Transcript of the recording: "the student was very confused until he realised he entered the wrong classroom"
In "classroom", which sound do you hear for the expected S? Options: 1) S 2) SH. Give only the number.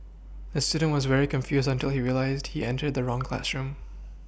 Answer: 1